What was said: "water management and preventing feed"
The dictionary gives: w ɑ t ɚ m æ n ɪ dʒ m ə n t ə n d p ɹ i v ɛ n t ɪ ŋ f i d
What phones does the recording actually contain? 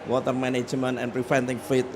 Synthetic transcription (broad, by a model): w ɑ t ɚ m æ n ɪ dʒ m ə n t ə n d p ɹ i f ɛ n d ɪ ŋ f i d